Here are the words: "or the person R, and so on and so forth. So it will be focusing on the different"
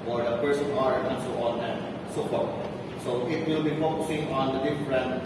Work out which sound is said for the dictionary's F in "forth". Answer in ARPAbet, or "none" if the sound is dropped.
P